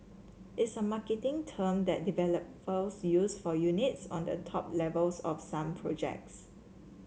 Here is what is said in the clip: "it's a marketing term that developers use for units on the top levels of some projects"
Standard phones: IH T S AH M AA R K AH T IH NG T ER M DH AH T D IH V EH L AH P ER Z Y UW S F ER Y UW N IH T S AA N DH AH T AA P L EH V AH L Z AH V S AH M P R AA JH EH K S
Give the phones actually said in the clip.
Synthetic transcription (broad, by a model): IH T S AH M AA K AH T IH NG T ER M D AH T D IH V EH L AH P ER S Y UW S F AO Y UW N IH T S AA N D AH T AA P L EH V AH L S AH F S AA M P R AA JH EH K S